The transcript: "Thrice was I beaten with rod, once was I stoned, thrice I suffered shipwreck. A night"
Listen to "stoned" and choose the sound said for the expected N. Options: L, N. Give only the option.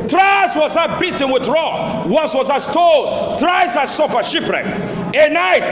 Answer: L